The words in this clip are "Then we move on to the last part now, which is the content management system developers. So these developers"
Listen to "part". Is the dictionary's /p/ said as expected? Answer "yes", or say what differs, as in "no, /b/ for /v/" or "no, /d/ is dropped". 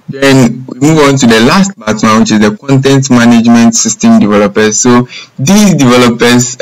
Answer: no, /b/ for /p/